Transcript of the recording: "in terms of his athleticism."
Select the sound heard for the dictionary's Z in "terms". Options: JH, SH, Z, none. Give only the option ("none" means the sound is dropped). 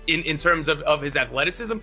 Z